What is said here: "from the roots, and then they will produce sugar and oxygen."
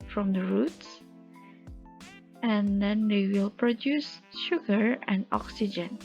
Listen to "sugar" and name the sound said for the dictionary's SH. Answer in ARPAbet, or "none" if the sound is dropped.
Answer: SH